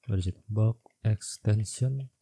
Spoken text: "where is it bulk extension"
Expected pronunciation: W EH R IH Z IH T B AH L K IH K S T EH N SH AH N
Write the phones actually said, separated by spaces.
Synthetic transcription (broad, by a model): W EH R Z IH T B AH K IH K S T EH N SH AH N